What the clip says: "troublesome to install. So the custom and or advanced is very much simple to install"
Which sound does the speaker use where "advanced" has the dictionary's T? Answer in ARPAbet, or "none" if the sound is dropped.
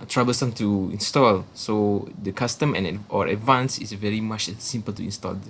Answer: none